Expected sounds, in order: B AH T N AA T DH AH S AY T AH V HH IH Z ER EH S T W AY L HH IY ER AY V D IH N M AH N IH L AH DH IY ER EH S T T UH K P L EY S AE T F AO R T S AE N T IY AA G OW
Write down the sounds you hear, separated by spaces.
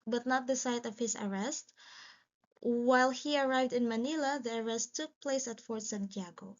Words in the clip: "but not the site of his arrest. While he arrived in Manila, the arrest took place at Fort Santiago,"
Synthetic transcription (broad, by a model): B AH T N AA T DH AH S AY T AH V HH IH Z ER EH S T W AY L HH IY ER AY V D IH N M AH N IH L AH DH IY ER EH S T T UH K P L EY S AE T F AO R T S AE N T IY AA G OW